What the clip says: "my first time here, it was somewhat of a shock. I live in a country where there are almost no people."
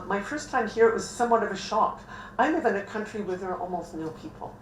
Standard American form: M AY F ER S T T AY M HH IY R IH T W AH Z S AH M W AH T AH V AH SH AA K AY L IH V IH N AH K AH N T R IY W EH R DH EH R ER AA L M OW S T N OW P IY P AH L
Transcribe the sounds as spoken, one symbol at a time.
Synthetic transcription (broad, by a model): M AY F ER S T T AY M HH IY R IH T W AH Z S AH M W AH T AH V AH SH AA K AY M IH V IH N AH K AH N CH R IY W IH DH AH R AA L M OW S T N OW P IY P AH L